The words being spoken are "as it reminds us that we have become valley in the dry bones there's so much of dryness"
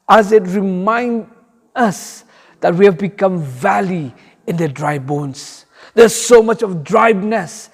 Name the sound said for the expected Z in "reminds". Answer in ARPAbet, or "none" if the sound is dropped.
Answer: none